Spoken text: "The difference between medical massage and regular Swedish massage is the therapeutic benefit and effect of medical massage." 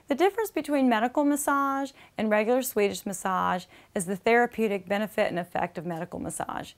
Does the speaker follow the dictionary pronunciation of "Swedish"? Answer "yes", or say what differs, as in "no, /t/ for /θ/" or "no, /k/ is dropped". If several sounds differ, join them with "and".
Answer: yes